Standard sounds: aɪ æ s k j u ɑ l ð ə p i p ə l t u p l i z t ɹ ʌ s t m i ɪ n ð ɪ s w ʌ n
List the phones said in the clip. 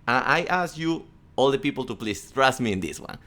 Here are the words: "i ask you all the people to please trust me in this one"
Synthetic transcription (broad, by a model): aɪ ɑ s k j u ɑ l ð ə p i p ə l t u p l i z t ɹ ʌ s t m i ɪ n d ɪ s w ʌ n